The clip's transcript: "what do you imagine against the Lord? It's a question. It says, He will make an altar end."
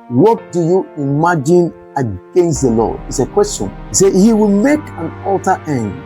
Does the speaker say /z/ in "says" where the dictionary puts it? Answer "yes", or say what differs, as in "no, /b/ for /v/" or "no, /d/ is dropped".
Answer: no, /z/ is dropped